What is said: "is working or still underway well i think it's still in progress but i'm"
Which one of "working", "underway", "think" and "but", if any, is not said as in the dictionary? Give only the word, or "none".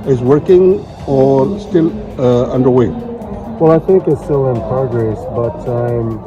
none